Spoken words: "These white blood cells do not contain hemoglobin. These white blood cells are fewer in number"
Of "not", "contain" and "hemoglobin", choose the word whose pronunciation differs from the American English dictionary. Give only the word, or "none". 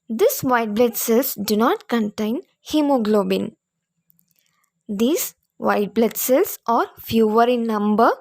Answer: none